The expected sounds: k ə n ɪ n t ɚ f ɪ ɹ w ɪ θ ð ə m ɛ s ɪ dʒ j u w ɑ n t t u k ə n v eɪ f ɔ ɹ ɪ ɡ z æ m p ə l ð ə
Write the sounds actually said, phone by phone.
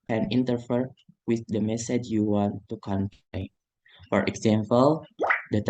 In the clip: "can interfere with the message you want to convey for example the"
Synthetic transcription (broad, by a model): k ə n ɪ n t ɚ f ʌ ɹ w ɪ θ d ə m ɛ s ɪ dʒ j u w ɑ n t t u k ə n p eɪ f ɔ ɹ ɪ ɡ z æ m p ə l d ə